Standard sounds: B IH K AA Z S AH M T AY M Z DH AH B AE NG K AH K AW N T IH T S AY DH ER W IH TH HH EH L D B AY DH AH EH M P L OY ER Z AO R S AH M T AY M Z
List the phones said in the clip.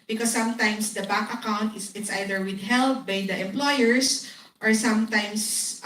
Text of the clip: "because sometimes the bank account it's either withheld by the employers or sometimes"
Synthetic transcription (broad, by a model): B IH K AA S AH M T AY M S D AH B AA K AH K AW N T IH T S AY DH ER W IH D HH EH L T B AY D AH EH M P L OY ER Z AO R S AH M T AY M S